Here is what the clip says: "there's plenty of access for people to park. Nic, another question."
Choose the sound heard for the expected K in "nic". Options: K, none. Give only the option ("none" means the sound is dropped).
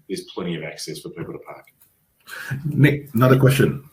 none